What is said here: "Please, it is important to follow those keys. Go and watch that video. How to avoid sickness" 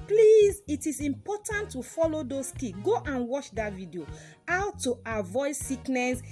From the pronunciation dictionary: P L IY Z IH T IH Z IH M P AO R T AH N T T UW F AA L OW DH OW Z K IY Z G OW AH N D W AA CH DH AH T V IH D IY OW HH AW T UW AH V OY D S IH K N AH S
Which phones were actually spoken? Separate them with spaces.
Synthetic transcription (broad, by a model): P L IY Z IH T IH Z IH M P AO T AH N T T UW F AA L OW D OW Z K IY G OW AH N W AA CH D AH T V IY D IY OW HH AW T UW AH V OY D S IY K N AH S